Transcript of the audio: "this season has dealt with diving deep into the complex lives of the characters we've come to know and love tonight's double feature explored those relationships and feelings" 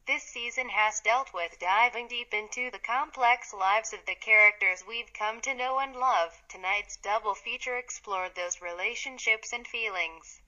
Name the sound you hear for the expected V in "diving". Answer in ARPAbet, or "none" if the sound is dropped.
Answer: V